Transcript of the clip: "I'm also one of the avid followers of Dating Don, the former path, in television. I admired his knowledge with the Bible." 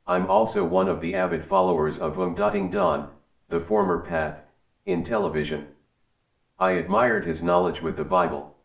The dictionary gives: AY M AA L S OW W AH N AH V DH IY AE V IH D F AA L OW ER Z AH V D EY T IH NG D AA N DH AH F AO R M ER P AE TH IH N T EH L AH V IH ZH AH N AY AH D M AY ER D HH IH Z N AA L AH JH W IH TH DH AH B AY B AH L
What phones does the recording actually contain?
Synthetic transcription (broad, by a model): AY M AA L S OW W AH N AH V DH IY AE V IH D F AA L OW ER Z AH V D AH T IH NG D AA N DH AH F AO R M ER P AE TH IH N T EH L AH V IH ZH AH N AY AH D M AY ER D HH IH Z N AA L AH JH W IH DH AH B AY B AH L